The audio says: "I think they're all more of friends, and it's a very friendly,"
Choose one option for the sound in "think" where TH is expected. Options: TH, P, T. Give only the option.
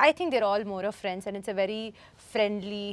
T